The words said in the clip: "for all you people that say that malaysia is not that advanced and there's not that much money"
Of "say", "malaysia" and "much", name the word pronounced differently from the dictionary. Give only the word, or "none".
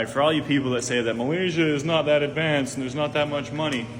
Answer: none